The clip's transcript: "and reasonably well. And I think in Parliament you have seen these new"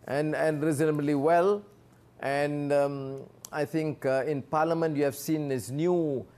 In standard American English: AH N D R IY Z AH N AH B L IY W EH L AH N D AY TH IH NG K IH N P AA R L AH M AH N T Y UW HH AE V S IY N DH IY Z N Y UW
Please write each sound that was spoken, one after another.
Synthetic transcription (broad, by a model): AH N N R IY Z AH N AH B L IY W EH L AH N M AY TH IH NG K IH N P AA L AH M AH N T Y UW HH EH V S IY N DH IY S N Y UW